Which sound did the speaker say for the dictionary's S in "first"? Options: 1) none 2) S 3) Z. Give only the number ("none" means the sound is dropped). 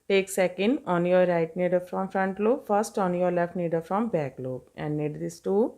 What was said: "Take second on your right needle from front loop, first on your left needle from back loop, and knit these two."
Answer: 2